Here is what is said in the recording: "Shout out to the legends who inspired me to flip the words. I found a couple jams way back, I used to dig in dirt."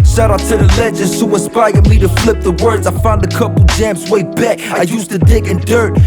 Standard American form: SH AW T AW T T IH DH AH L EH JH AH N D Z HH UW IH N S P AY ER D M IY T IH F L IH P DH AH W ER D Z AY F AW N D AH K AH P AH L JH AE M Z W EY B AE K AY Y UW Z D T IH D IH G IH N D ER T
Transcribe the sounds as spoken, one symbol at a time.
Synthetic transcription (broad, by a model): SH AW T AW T T IH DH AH L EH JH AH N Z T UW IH S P AY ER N M IY T IH F L IH P DH AH W ER D Z AY F AW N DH AH K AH P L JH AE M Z W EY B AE K AY Y UW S T IH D IH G IH N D ER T